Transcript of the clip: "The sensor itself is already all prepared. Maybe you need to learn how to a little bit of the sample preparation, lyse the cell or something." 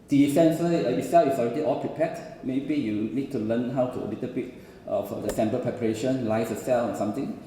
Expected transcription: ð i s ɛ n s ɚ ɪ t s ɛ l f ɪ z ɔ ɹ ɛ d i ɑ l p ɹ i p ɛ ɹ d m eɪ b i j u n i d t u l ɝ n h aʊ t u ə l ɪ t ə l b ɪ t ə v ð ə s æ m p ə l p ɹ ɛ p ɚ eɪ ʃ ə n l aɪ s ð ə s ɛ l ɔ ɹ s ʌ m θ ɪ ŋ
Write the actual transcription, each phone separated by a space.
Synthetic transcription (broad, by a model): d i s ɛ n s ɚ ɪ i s ɛ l ɪ s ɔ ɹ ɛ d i ɑ l p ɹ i p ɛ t m eɪ b i j u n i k t u l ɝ n h aʊ t u ə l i t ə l b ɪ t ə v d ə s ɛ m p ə p ɹ ɛ p ɚ eɪ ʃ ə n l aɪ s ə s ɛ l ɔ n s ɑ m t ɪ ŋ